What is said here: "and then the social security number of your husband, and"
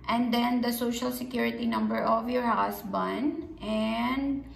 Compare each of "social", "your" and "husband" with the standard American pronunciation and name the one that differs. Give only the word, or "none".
husband